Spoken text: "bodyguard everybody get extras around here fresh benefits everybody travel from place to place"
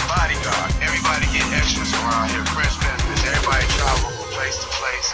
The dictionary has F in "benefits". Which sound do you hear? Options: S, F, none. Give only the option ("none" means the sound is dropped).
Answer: none